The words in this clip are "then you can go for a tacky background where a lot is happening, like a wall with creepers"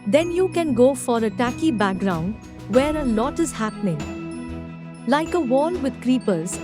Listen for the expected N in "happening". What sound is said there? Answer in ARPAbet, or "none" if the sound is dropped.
N